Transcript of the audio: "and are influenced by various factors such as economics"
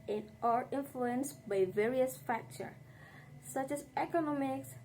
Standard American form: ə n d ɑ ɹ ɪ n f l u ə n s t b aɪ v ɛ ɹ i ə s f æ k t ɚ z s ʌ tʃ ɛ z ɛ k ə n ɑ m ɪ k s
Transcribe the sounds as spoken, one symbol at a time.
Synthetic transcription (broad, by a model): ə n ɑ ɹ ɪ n f l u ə n s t b aɪ v ɛ ɹ i ə s f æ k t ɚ s ʌ tʃ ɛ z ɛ k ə n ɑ m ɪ k s